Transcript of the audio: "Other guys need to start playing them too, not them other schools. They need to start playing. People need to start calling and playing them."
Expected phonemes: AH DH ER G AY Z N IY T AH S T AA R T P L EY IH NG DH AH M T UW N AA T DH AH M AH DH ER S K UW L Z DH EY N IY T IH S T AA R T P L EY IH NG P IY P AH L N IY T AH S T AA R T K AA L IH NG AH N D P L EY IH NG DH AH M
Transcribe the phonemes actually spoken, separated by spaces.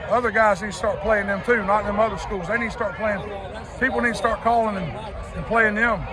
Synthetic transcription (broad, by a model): AH DH ER G AY Z N IY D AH S T AA R T P L EY IH NG DH AH M T UW N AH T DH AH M AH DH ER S K UW L Z DH EY N IY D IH S T AA R T P L EY IH NG P IY P L N IY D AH S T AA R T K AA L IH NG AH N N P L EY IH NG DH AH M